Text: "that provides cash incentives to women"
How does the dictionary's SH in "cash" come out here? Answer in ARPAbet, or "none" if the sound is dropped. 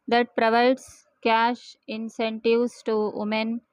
SH